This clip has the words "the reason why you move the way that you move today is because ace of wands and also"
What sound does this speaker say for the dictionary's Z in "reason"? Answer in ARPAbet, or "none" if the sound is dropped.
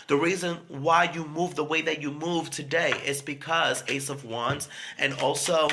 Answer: Z